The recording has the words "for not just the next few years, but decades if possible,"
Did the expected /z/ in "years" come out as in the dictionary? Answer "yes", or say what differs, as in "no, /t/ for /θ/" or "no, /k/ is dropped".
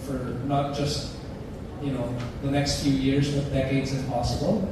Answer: yes